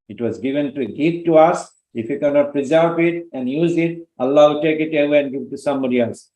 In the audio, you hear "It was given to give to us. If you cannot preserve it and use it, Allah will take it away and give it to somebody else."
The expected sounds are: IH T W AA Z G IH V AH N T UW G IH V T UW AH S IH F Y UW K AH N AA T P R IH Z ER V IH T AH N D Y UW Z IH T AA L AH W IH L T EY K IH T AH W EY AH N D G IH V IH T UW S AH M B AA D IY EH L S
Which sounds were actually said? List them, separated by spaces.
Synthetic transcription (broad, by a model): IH T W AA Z G IH V AH N T UW G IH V T UW AH S IH F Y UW K AH N AA T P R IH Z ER P IH T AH N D Y UW Z IH T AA L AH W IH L T EY K IH T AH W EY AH N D G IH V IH T UW S AH M B AA D IY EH L S